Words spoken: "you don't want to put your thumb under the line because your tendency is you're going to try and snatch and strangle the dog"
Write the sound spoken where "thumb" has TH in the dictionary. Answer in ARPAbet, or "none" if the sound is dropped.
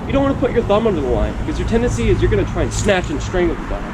TH